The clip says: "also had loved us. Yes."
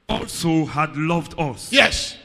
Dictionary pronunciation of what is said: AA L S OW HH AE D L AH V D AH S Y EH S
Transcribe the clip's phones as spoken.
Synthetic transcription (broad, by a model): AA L S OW HH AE D L AH V D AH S Y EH S